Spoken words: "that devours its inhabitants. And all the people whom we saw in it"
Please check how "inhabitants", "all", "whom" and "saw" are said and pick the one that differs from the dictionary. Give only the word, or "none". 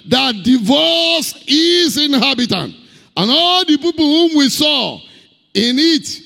inhabitants